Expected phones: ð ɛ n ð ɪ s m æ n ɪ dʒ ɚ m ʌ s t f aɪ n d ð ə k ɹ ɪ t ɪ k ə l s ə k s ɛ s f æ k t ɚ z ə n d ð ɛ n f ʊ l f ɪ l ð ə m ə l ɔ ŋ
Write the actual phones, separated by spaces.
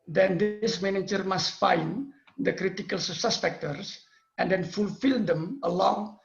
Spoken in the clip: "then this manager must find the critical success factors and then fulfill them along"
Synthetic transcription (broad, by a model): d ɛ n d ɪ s m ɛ n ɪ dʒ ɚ m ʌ s t f aɪ n d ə k ɹ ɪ t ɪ k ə l s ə s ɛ s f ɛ k t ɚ s ə n d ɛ n f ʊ l f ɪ l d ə m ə l ɔ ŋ